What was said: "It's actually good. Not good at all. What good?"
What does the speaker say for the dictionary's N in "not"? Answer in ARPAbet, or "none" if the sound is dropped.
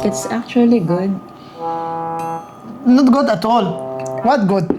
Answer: N